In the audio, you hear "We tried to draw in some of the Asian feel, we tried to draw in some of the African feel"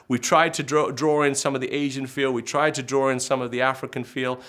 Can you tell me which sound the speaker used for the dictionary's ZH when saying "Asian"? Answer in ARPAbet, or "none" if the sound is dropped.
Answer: ZH